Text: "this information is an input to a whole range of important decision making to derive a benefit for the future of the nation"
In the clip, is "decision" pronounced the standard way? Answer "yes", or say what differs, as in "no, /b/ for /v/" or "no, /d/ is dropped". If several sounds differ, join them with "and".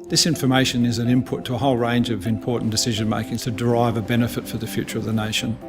yes